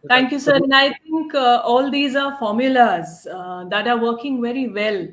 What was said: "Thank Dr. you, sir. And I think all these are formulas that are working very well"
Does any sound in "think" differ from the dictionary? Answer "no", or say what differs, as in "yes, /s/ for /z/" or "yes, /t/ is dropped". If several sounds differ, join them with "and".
yes, /t/ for /θ/